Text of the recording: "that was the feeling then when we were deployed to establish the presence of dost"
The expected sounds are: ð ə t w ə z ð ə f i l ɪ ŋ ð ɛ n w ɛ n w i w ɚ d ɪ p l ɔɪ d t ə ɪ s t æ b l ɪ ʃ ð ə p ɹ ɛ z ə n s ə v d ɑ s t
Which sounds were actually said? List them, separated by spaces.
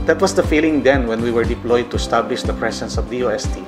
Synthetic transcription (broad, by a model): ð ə t w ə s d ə f i l ɪ ŋ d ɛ n w ɛ n w i w ɚ d ɪ p l ɔɪ d t ə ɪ s t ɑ b l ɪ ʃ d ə p ɹ ɛ s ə n s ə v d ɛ s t